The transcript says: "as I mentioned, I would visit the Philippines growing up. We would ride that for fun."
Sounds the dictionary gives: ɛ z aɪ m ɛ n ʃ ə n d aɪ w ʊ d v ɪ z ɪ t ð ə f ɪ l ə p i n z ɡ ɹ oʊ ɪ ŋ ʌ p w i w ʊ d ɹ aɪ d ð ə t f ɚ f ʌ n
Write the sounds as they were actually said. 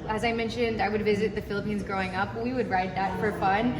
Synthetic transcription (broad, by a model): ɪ z aɪ m ɛ n ʃ ə n d aɪ w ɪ d v ɪ z ɪ t ð ə f ɪ l ə p i n z ɡ ɹ oʊ ɪ ŋ ʌ p w i w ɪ d ɹ aɪ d ð ə t f ɚ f ʌ n